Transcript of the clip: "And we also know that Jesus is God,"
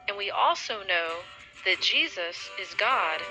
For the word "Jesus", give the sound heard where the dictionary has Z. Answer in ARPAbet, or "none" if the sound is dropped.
Z